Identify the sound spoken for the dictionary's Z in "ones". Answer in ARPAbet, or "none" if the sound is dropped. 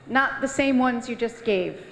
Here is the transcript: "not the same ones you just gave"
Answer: Z